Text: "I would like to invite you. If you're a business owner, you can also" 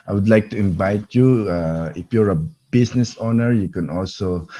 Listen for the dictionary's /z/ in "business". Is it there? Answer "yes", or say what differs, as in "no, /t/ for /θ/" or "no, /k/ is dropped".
no, /s/ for /z/